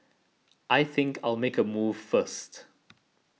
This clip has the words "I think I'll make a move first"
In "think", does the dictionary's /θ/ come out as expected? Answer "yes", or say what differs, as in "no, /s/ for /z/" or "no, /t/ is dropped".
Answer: yes